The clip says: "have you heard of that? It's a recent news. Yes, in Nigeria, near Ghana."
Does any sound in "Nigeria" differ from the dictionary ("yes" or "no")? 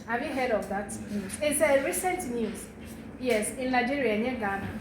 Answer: yes